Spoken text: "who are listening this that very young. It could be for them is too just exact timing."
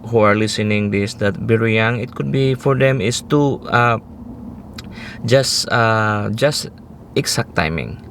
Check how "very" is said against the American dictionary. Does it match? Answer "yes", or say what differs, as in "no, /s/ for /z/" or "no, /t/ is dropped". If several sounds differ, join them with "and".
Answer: no, /b/ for /v/